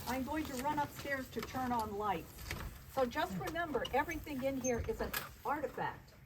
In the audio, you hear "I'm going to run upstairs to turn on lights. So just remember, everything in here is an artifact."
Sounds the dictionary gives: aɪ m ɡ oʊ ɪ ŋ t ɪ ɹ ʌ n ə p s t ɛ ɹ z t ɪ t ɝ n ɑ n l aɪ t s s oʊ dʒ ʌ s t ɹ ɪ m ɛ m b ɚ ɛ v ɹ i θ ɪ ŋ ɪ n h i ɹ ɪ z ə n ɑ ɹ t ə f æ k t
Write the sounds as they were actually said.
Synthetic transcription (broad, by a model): aɪ m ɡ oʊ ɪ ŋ t ɪ ɹ ʌ n ə p s t ɛ ɹ z t ɪ t ɝ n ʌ n l aɪ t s s oʊ dʒ ʌ s t ɹ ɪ m ɛ m b ɚ ɛ v ɹ i θ ɪ ŋ ɪ n h i ɹ ɪ z ə n ɑ ɹ t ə f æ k t